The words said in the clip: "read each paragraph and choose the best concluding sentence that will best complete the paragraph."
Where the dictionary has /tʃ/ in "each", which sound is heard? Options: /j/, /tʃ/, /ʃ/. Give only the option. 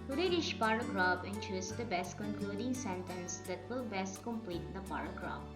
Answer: /ʃ/